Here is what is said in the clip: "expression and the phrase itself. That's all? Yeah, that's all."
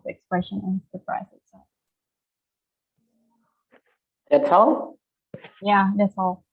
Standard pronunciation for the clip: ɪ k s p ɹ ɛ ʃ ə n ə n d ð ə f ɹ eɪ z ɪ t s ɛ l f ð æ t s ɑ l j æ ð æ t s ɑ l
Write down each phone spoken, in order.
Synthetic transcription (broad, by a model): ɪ k s p ɹ ɛ ʃ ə n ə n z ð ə p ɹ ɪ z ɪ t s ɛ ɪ ð æ t s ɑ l j æ ð æ t s ɑ l